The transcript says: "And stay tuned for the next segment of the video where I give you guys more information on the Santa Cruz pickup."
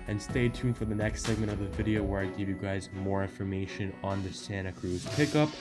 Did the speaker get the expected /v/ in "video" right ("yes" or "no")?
yes